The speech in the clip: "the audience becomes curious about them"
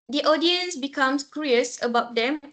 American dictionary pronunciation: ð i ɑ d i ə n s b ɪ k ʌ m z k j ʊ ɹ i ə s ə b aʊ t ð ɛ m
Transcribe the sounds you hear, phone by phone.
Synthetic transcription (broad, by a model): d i ɑ d i ə n s b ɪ k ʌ m s k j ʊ ɹ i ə s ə b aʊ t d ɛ m